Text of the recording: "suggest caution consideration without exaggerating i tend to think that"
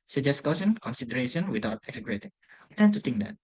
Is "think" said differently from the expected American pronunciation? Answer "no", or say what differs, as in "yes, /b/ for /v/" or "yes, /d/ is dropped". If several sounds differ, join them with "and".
yes, /t/ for /θ/